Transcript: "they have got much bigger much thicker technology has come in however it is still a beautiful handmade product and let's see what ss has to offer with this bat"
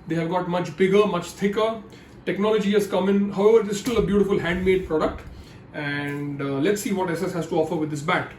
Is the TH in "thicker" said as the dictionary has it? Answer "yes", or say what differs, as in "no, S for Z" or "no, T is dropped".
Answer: no, T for TH